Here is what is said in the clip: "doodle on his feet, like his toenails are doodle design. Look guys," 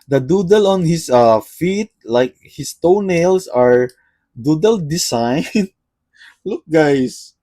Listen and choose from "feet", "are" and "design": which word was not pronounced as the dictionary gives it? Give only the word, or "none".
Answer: design